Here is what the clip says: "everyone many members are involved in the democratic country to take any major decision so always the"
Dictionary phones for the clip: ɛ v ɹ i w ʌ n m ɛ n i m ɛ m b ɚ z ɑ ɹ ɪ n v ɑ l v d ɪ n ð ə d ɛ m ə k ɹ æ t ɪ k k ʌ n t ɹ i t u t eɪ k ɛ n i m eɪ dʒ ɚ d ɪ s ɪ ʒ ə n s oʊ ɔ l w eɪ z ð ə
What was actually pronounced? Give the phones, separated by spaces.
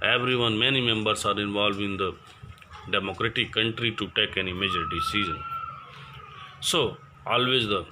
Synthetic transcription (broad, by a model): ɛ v ɹ i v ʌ n m ɛ n i m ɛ m b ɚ s ɑ ɹ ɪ n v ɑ l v ɪ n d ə d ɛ m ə k ɹ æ t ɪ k k ʌ n t ɹ i t u t eɪ k ɛ n i m eɪ dʒ ɚ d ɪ s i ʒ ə n s oʊ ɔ l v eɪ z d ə